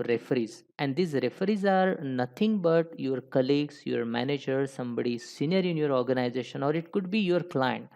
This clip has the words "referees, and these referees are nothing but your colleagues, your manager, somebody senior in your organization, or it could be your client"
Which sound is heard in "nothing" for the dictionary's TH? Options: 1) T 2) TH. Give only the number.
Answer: 1